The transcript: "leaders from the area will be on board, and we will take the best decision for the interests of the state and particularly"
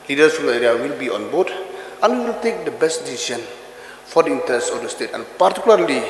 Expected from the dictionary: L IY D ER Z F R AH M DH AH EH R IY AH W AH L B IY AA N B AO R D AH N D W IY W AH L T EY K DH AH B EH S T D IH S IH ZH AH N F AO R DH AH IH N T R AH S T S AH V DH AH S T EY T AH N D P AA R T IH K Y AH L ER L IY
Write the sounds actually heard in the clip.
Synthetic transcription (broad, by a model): L IY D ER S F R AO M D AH EH R IY AH W AH L B IY AA N B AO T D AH N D W IY W AH L T EY K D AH B EH S T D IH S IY SH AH N F AO R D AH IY N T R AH S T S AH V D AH S T EY T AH N P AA R T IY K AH L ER L IY